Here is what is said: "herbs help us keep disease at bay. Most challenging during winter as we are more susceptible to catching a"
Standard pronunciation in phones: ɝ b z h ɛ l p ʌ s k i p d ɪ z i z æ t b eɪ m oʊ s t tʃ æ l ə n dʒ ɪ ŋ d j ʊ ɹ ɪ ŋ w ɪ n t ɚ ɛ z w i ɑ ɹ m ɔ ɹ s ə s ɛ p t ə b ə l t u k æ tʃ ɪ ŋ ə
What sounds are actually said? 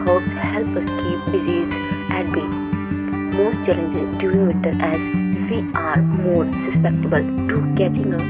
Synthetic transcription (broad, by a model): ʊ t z h ɛ l p ʌ s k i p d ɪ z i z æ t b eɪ m oʊ s t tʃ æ l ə n dʒ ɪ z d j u ɪ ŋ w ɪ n t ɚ ɛ z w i ɑ ɹ m ɔ ɹ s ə s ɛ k t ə b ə l t u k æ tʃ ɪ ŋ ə